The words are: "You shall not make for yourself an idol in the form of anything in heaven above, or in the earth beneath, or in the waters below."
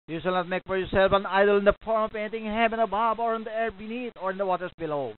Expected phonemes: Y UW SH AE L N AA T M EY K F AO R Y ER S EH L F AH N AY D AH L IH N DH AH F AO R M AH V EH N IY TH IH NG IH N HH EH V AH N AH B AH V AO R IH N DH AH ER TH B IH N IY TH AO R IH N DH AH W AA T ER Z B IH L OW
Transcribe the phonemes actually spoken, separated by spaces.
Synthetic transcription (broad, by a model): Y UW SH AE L N AA T M EY K F AO R Y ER S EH L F AH N AY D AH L IH N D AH F AO R M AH P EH N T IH NG HH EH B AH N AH B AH B AO R IH N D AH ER B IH N IY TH AO R IH N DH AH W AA T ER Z B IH L OW